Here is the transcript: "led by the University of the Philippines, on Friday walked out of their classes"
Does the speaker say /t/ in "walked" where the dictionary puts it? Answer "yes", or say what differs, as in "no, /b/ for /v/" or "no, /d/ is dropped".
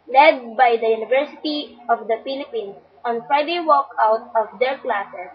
no, /t/ is dropped